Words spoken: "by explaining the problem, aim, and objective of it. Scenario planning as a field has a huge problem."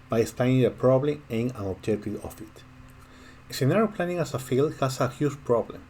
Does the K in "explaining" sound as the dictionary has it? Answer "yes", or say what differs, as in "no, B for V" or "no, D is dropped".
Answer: no, K is dropped